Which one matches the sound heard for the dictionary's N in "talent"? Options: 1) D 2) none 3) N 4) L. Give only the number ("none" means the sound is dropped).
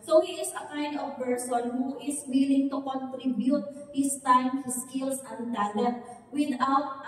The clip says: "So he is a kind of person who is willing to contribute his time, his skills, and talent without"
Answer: 2